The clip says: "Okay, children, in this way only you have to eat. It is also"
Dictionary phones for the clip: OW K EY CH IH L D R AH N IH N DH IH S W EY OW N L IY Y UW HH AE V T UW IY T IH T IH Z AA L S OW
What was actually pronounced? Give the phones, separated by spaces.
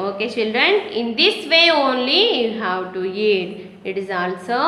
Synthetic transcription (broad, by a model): OW K EY CH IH L D R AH N IH N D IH S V EY OW N L IY Y UW HH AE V T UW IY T IH T IH Z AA L S OW